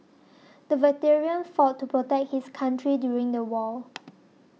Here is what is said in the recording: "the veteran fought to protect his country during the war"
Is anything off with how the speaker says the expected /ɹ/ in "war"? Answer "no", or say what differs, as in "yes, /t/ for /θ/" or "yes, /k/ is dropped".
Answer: yes, /l/ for /ɹ/